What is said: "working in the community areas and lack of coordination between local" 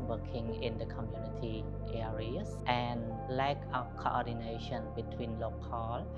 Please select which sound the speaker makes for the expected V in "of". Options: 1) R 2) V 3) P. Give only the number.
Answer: 3